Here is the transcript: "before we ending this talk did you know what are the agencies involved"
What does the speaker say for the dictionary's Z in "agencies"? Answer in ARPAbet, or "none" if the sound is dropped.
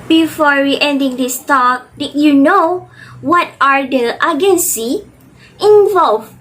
none